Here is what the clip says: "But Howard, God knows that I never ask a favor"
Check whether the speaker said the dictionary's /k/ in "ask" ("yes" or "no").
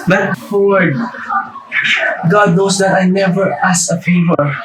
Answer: no